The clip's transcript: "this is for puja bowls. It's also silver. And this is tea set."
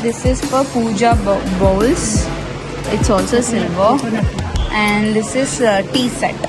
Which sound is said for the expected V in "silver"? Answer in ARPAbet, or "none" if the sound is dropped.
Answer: B